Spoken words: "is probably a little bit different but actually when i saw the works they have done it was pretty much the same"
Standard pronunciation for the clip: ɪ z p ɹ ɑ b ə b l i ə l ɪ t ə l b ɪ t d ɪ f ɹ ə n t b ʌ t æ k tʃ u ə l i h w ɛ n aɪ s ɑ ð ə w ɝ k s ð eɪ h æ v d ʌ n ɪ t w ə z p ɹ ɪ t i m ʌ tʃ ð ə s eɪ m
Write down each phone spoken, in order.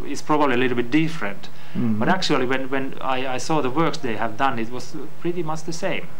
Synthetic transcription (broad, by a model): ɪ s p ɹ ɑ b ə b l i ə l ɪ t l b ɪ t d ɪ f ɹ ə n t b ʌ t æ k tʃ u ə w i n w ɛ n aɪ s ɑ ð ə w ɝ k s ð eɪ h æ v d ʌ n ɪ t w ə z p ɹ ɪ t i m ʌ tʃ ð ə s eɪ m